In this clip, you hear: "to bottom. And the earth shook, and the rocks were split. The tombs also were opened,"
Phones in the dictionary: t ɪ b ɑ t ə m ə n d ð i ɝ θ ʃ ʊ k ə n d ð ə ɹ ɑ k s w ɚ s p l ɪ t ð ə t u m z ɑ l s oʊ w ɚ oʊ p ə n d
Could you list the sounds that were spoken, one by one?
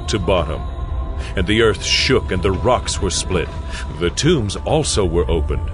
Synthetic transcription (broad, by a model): t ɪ b ɑ t ə m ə n ð i ɝ θ ʃ ʊ k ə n ð ə ɹ ɑ k s w ɚ s p l ɪ t ð ə t u m z ɑ l s oʊ w ɚ oʊ p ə n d